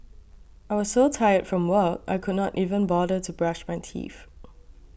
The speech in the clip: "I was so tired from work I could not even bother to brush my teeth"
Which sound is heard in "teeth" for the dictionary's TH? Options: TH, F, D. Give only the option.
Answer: F